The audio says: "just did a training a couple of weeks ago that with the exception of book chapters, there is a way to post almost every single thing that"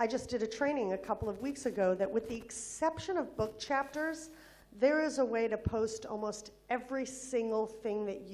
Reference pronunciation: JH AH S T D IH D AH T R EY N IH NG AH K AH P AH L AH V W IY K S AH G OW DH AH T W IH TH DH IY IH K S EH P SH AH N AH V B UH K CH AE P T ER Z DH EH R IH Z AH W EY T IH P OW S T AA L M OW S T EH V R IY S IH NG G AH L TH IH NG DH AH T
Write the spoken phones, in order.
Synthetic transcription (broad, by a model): JH AH S D IH D AH T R EY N IH NG AH K AH P L AH V W IY K S AH G OW DH AH T W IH DH IY IH K S EH P SH AH N AH V B UH K CH AE P T ER Z DH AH R IH Z AH W EY T IH P OW S T AA L M OW S T EH V R IY S IH NG G L TH IH NG DH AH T